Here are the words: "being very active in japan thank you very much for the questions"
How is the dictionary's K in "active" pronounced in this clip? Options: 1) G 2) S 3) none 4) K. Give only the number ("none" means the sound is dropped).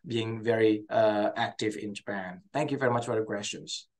4